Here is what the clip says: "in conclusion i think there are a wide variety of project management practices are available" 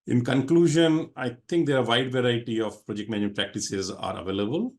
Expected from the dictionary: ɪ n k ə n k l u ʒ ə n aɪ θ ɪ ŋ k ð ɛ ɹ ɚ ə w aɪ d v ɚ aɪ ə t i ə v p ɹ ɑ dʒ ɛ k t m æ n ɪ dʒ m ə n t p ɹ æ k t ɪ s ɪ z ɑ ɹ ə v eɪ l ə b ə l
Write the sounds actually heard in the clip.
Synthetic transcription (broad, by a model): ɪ n k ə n k l u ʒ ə n aɪ t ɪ ŋ k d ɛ ɹ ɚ ə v aɪ d v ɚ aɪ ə t i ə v p ɹ ɑ dʒ ɛ k t m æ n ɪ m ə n p ɹ æ k t ɪ s ɪ z ɑ ɹ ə v eɪ l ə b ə l